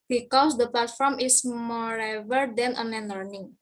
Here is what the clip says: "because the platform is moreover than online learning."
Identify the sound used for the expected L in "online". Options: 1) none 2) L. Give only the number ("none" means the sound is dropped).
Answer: 1